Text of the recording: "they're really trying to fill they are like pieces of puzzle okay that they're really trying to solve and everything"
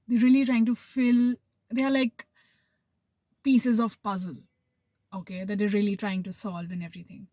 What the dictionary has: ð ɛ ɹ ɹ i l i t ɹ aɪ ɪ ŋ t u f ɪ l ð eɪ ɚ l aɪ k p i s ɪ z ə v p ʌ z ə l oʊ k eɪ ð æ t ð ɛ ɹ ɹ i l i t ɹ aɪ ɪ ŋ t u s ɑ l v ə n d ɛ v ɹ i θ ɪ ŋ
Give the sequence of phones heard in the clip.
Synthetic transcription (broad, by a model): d ɛ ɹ ɹ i l i t ɹ aɪ ɪ ŋ t u f ɪ l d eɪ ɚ l aɪ k p i s ɪ z ə v p ʌ z ə l oʊ k eɪ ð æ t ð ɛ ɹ ɹ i l i t ɹ aɪ ɪ ŋ t u s ɑ l v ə n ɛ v ɹ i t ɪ ŋ